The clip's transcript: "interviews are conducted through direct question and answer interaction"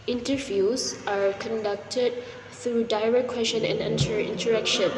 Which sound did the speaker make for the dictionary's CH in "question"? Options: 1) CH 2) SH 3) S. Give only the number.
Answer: 2